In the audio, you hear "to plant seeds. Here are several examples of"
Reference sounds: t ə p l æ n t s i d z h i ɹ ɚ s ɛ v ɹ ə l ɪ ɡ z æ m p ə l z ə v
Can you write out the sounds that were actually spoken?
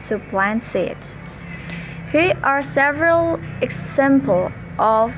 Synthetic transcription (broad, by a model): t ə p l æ n s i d h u ɚ s ɛ v ɹ ə l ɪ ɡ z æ m p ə l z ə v